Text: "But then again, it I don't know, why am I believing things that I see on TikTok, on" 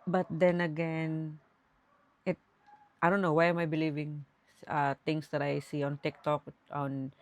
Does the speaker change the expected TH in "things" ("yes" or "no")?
yes